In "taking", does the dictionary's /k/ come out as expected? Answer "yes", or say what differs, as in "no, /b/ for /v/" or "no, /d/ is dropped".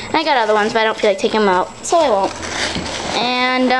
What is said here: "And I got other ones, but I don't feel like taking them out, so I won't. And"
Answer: no, /k/ is dropped